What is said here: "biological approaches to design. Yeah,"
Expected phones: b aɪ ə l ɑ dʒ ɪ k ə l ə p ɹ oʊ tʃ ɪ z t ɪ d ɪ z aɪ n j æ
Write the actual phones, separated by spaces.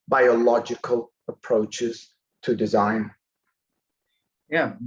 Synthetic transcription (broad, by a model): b aɪ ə l ɑ dʒ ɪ k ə l ə p ɹ oʊ tʃ ɪ z t ɪ d ɪ z aɪ n j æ